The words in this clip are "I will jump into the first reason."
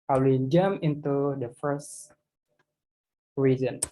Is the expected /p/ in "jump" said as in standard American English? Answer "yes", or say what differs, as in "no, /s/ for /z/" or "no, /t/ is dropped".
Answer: no, /p/ is dropped